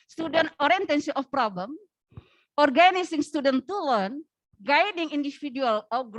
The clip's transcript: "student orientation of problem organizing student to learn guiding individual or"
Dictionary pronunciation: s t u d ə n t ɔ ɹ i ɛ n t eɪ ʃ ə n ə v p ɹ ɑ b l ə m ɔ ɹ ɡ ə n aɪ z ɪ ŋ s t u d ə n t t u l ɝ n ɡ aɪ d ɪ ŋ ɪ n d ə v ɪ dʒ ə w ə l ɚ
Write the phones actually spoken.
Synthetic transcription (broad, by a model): s t u d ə n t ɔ ɹ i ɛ n t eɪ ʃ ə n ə f p ɹ ɑ b l ə m ɔ ɹ ɡ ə n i s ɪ ŋ s t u d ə n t t u l ɝ n ɡ aɪ d ɪ ŋ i n d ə f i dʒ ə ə l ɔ